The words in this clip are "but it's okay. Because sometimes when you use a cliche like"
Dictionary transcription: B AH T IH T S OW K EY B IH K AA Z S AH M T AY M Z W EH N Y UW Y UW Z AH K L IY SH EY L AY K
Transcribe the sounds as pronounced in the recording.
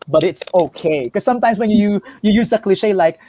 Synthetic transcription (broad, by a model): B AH T IH T S OW K EY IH K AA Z S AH M T AY M S W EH N Y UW Y UW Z AH K L IY SH EY L AY K